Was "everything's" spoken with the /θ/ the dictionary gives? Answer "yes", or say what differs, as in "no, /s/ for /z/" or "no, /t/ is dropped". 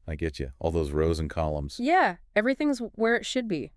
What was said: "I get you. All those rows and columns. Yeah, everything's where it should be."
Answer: yes